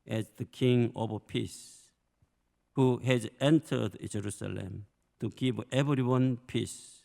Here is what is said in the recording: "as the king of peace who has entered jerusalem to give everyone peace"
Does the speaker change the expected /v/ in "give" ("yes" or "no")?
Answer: yes